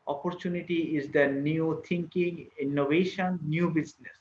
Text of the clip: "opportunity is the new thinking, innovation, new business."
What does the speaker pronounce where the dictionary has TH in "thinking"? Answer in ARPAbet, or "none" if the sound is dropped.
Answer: T